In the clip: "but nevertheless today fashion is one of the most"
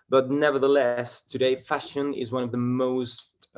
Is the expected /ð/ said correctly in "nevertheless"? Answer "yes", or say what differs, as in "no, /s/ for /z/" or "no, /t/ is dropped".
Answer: yes